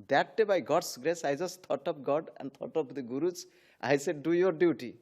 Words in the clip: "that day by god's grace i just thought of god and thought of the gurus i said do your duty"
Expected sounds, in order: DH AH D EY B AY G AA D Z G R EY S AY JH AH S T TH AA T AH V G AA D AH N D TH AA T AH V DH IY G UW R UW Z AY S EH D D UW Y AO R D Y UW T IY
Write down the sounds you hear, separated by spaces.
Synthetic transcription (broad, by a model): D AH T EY B AY G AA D S G R EY S AY JH AH S T T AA T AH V G AA D AH N D T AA T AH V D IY G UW R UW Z AY S EH D D UW Y AO R D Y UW T IY